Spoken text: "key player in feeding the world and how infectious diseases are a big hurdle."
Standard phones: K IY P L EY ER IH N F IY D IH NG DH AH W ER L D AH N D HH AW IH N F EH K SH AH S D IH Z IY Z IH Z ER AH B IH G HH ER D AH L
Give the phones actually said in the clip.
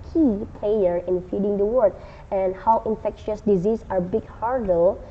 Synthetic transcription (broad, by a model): K IY P L EY ER IH N F IY D IH NG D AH W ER D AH N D HH AW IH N F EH K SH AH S D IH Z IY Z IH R B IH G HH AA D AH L